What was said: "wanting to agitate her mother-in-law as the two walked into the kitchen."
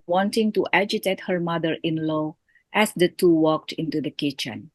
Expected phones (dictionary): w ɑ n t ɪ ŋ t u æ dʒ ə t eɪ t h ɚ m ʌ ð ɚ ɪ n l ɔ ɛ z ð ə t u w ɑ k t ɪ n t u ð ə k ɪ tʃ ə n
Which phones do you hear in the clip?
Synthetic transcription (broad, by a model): w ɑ n t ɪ ŋ t u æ dʒ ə t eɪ t h ɚ m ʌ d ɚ ɪ n l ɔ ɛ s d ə t u w ɑ k t ɪ n t u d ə k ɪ tʃ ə n